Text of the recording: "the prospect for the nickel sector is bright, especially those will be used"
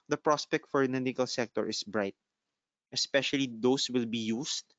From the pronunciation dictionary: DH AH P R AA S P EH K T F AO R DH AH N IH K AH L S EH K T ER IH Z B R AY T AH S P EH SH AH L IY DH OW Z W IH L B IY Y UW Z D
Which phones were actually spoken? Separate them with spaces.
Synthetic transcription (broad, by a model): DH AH P R AA S P EH K T F AO R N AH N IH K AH L S EH K T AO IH S B R AY T AH S P EH SH AH L IY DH OW S W IH L B IY Y UW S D